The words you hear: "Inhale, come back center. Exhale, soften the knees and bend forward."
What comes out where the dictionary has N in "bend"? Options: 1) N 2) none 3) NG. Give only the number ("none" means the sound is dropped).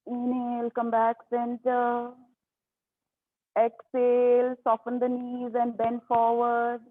1